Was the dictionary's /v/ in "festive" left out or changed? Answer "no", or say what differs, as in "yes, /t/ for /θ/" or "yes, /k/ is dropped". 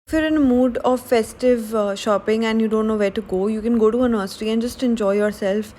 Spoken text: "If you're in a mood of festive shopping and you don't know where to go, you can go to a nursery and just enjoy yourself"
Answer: no